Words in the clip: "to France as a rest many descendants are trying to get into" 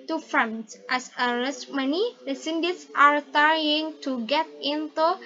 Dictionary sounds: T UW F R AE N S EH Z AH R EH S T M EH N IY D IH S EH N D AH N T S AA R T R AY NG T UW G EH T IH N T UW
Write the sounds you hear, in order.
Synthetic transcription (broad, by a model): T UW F R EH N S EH S AH L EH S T M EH N IY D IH S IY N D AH T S AA R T AY NG T UW G EH T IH N T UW